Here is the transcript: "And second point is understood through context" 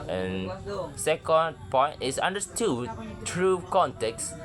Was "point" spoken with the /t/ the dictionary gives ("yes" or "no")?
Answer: no